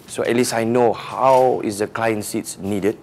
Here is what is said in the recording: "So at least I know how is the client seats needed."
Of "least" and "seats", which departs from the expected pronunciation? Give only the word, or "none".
least